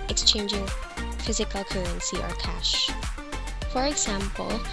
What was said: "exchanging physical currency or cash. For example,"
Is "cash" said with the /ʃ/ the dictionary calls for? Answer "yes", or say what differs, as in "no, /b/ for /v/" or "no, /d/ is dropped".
yes